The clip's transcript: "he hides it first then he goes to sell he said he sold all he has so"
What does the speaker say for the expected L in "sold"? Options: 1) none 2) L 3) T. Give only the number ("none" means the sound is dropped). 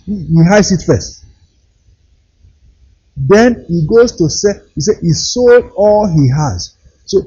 2